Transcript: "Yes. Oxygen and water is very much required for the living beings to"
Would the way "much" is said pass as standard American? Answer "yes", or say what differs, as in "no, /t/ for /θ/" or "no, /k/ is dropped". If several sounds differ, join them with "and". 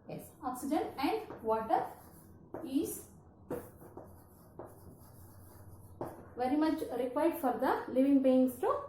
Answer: yes